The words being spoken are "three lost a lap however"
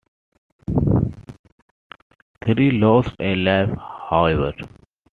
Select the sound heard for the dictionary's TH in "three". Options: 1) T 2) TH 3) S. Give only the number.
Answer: 1